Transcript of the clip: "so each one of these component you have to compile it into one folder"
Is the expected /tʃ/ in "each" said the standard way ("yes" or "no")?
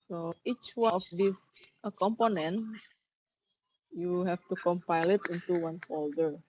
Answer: yes